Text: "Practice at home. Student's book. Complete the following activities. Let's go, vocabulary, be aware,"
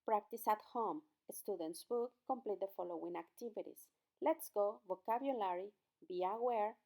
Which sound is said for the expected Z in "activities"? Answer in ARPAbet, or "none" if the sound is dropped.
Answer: S